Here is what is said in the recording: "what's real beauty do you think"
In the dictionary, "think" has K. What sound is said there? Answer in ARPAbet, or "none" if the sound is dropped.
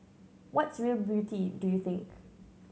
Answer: K